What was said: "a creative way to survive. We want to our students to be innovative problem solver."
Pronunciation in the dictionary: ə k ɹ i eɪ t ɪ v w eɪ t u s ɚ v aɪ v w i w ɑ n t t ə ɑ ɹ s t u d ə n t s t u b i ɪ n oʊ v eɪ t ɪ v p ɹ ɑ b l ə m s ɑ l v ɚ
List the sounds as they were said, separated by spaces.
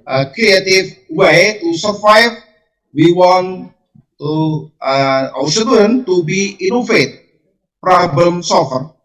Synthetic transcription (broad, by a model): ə k ɹ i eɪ t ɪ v w eɪ t u s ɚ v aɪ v w i w ɑ n t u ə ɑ w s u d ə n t t u b i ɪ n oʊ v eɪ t p ɹ ɑ b l ə m s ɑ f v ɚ